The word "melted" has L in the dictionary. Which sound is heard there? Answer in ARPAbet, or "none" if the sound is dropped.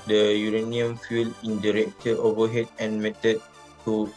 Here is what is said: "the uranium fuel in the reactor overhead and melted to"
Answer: none